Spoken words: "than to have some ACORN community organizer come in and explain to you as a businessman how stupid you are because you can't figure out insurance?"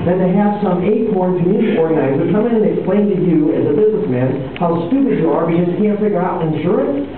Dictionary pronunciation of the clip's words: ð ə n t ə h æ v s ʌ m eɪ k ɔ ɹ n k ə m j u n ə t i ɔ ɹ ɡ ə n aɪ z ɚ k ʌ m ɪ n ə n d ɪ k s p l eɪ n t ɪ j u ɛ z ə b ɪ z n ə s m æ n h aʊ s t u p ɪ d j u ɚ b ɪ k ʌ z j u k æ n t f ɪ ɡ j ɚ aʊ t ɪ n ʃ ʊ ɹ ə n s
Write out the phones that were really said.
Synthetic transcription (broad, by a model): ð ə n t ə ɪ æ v s ʌ m eɪ k ɔ ɹ n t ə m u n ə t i ɔ ɹ ɡ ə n aɪ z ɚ k ʌ m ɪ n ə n ɪ k s p l eɪ n t ɪ j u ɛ z ə b ɪ z n ə s m æ n h aʊ s t u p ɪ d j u ɚ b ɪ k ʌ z k æ n t f ɪ ɡ j ɚ aʊ t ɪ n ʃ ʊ ɹ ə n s